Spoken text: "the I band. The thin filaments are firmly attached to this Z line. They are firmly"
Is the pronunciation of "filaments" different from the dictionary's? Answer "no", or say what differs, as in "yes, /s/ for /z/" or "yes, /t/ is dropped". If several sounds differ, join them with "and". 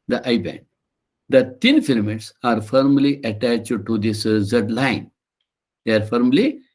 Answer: yes, /n/ is dropped